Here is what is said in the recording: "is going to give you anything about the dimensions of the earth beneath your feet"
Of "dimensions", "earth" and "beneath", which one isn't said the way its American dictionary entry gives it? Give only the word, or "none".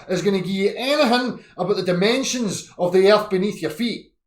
none